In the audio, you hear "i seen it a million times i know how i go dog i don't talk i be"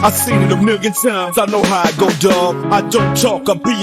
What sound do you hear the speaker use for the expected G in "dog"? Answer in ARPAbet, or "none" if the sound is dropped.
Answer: none